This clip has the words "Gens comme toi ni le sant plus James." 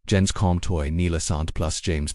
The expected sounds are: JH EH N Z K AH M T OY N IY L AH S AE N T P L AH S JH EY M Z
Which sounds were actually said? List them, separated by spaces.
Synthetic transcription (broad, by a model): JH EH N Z K AH M T OY N IY L AH S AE N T P L AH S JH EY M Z